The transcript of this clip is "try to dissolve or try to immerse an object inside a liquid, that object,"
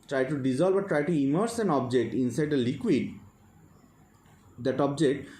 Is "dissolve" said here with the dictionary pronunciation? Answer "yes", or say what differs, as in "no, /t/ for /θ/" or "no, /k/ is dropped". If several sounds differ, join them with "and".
no, /b/ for /v/